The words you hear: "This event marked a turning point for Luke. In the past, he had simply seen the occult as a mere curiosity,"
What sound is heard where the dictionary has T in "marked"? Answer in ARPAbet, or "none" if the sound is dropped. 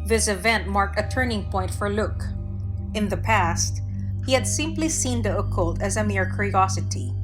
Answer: T